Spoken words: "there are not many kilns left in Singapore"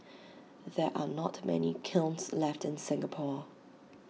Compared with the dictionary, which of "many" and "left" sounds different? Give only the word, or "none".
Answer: none